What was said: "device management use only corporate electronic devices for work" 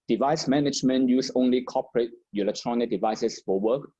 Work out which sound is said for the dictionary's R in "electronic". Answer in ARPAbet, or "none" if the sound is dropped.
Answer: R